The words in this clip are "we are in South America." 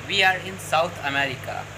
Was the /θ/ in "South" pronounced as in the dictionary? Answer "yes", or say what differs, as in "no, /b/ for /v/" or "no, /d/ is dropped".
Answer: no, /t/ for /θ/